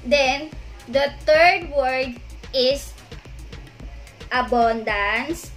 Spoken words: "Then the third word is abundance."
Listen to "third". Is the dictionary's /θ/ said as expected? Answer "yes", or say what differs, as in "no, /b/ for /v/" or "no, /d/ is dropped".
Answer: no, /t/ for /θ/